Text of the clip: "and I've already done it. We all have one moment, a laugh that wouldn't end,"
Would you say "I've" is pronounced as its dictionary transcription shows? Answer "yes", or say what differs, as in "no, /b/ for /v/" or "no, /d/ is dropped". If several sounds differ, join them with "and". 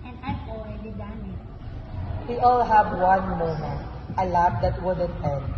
no, /p/ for /v/